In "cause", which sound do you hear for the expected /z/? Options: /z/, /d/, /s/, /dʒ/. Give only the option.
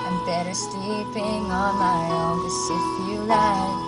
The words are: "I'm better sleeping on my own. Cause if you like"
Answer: /s/